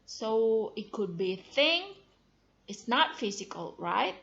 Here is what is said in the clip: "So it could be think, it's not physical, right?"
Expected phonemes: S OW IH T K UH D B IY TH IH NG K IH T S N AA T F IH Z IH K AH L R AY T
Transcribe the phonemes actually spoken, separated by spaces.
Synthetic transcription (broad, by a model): S OW IH T K UH D B IY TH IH NG IH T S N AA T F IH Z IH K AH L R AY T